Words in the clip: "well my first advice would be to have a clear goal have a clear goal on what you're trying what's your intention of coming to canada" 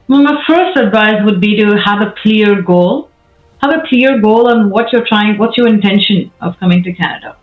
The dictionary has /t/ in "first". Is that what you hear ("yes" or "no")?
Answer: yes